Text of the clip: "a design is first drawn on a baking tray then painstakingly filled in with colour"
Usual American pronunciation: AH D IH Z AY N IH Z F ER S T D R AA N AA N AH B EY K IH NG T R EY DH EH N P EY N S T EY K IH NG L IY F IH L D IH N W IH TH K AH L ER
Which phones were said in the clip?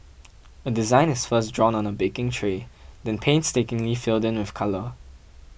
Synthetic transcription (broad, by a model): AH D IH Z AY N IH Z F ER S D R AA N AA N AH B EY K IH NG T R EY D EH N P EY N S T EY K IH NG L IY F IH L D IH N W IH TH K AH L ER